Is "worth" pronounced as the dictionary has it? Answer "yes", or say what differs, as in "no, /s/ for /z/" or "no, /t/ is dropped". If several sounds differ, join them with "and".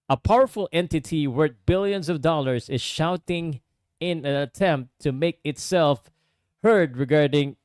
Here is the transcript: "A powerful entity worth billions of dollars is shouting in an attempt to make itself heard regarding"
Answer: no, /t/ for /θ/